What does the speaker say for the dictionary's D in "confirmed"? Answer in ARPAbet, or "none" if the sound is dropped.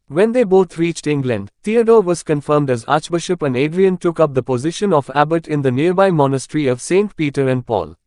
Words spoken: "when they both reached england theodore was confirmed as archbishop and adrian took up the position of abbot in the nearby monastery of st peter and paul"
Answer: D